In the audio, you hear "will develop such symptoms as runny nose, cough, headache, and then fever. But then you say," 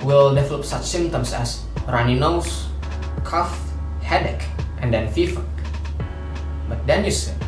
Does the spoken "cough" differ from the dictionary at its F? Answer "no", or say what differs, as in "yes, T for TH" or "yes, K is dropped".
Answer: no